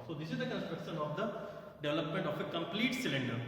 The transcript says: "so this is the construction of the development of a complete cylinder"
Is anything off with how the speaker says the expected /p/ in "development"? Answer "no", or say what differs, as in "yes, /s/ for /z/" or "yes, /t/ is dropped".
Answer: no